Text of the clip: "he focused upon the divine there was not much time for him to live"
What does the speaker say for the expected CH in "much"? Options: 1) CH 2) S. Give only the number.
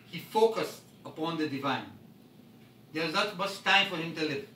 2